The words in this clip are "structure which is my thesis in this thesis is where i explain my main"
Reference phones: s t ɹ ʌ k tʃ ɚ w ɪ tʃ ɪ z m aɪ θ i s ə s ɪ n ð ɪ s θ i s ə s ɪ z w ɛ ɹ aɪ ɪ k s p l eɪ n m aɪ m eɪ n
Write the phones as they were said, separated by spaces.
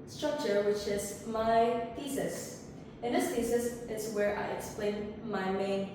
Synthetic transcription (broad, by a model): s t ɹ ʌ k tʃ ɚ w ɪ tʃ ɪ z m aɪ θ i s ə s ɪ n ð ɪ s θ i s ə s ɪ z w ɛ ɹ aɪ ɪ k s p l eɪ n m aɪ m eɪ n